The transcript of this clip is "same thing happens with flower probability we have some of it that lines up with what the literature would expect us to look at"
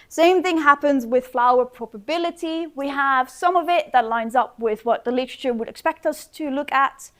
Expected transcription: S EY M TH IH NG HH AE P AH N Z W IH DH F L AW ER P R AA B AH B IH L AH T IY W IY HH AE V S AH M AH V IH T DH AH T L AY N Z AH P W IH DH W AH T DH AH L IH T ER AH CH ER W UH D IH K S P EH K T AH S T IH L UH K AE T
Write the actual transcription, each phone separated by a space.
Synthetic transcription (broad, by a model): S EY M TH IH NG HH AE P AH N Z W IH DH F L AW ER P R AA B AH B IH L AH T IY W IY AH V S AH M AH V IH T DH AH T L AY N Z AH P W IH DH W AH T DH AH L IH T ER AH CH ER W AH D IH K S P EH K T AH S T IH L UH K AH T